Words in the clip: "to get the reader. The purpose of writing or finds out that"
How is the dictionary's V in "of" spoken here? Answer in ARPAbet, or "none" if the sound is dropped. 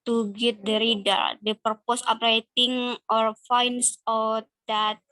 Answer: P